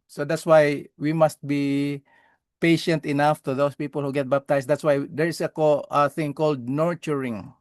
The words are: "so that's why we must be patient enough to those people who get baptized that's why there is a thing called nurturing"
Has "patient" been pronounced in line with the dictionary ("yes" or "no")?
yes